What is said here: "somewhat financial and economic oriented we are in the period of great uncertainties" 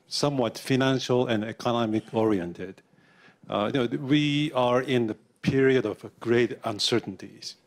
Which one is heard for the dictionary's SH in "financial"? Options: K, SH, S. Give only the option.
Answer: SH